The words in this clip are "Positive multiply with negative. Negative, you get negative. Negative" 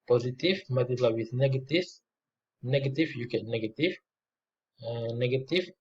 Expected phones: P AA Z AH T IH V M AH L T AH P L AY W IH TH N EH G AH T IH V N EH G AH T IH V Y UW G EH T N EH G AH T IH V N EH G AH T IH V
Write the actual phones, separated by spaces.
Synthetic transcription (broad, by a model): P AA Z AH T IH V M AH T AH L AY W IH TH N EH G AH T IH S N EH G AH T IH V Y UW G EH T N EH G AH T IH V N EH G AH T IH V